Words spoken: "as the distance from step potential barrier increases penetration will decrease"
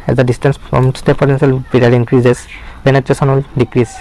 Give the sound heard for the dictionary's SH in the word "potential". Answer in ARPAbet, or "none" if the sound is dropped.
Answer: S